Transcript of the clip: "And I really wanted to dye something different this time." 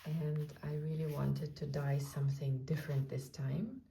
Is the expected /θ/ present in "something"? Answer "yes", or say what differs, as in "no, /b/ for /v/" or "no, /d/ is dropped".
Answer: yes